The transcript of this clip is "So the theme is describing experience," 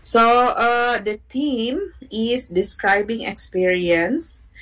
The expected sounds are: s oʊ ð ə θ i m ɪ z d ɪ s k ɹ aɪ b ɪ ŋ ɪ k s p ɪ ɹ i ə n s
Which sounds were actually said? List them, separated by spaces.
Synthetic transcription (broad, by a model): s oʊ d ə t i m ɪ s d ɪ s k ɹ aɪ b ɪ ŋ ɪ k s p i ɹ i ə n s